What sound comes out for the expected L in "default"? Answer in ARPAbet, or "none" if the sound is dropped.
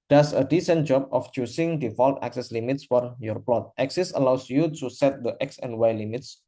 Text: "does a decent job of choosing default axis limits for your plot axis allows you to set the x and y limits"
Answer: L